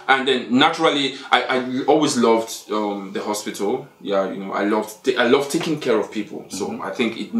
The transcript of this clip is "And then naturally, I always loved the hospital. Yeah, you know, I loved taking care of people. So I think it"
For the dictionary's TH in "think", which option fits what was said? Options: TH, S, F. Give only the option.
TH